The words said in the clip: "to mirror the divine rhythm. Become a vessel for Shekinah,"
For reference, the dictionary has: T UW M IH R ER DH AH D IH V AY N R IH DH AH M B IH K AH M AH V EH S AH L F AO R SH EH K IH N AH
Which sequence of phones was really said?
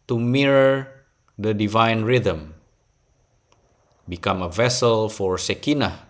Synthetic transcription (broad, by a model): T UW M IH R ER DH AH D IH V AY N R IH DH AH M B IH K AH M AH V EH S AH L F AO R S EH K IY N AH